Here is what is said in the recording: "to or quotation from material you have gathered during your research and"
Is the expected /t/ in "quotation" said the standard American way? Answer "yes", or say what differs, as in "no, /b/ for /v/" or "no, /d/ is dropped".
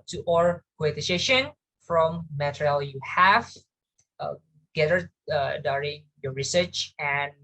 no, /s/ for /t/